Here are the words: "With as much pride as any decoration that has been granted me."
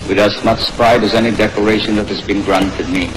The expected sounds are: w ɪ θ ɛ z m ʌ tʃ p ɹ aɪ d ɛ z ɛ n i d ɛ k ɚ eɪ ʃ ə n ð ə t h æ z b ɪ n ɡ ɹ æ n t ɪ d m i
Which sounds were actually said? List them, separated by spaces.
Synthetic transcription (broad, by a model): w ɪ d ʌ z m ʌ s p ɹ aɪ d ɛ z ɛ n i d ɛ k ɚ eɪ ʃ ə n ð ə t h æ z b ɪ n ɡ ɹ æ n t ɪ d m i